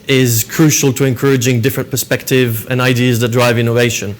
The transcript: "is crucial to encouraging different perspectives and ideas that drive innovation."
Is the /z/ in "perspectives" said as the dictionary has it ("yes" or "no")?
no